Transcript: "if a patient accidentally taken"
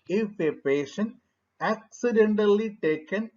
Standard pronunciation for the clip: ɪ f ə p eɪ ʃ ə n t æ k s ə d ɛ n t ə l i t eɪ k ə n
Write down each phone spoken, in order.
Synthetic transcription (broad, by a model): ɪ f ə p eɪ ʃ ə n æ k s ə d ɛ n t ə l i t eɪ k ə n